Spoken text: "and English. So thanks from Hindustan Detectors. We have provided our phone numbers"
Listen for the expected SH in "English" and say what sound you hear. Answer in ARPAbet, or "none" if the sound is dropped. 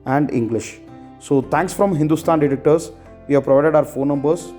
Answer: SH